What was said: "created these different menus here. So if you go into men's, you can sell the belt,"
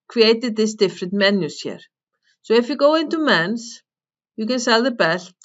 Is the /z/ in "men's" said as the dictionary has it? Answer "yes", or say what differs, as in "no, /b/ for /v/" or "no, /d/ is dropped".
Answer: no, /s/ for /z/